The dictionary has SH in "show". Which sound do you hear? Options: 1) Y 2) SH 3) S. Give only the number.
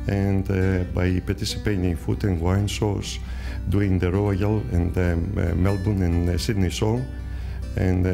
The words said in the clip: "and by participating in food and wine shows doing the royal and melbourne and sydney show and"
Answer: 3